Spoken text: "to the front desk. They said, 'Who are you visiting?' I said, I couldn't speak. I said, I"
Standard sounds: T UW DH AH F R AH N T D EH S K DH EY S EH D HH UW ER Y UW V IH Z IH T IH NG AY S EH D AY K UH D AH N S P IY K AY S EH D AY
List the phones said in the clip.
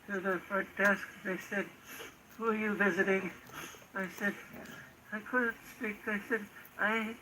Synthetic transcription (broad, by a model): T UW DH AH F AH T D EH S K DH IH S EH D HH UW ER Y UW V IH Z IH T IH NG AY S EH D AY K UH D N S P IY K AY S EH D AY